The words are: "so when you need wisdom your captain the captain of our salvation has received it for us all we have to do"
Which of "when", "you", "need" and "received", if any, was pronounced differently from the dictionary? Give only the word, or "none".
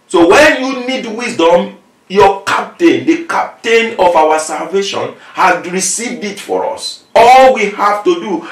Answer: none